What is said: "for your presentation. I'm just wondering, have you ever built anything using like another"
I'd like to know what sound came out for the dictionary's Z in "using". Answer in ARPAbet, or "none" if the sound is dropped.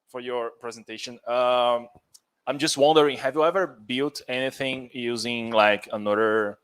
Z